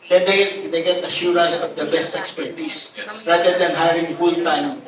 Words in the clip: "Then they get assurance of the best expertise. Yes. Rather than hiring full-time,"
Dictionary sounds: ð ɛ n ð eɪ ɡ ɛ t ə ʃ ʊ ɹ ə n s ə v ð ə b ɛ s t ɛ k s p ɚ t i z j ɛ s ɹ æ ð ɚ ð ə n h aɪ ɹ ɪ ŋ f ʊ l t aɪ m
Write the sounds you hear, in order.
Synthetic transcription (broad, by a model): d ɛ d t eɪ ɡ ɛ t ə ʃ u ɹ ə s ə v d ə b ɛ s t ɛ k s p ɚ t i s ɹ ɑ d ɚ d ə n h aɪ ɹ ɪ ŋ f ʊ l t aɪ m